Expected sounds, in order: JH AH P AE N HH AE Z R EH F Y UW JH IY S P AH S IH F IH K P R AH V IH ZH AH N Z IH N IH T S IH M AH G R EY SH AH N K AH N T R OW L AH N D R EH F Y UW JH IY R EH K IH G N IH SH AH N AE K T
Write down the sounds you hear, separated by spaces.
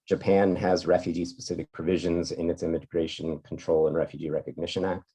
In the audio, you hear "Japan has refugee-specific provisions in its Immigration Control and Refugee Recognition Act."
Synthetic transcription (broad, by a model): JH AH P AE N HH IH Z R EH F Y UW JH IY S P AH S IH F IH K P R AH V IH ZH AH N Z IH N IH T S IH M AH G R EY SH AH N K N T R OW L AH N R EH F Y UW JH IY R EH K IH G N IH SH AH N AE K T